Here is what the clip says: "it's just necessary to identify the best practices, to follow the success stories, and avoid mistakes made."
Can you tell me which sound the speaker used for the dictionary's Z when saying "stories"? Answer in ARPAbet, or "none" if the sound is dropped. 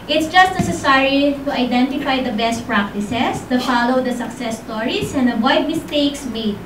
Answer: S